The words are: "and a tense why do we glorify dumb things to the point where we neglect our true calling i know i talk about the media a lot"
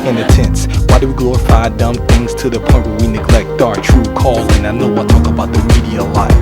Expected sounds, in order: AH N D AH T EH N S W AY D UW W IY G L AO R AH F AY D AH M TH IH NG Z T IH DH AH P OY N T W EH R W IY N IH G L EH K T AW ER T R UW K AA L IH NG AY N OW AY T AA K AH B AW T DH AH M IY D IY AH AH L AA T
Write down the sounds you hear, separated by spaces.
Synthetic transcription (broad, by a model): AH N AH T EH N S W AY D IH W IY G L AO R AH F AY D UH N TH IH NG Z T IH DH AH P OY N T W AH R W IY N IH G L EH K T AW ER T R UW K AA L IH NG AY N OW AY T AA K AH B AW T DH AH M IY D IY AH AH L AA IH